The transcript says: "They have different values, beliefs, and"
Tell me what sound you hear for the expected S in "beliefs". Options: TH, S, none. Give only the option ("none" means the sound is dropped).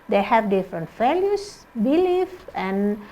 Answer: none